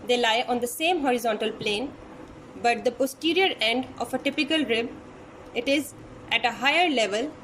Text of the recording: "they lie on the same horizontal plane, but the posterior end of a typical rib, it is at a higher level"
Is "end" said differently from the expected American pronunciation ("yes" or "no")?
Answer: no